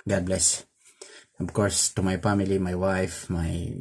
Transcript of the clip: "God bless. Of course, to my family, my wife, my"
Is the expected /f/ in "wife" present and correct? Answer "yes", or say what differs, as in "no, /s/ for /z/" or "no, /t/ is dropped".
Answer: yes